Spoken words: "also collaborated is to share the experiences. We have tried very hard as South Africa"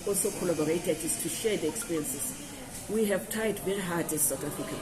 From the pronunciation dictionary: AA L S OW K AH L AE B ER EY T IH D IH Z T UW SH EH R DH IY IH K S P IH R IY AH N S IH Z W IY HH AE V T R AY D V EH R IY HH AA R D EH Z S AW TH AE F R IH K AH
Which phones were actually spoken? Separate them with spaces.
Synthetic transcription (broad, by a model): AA L S OW K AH L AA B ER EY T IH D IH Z T UW SH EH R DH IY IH K S P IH R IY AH N S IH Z W IY HH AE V T AY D V EH R IY HH AA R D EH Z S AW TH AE F R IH K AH